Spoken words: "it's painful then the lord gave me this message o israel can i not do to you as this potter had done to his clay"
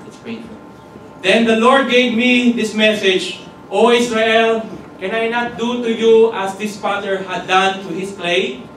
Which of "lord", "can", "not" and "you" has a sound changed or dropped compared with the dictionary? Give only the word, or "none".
none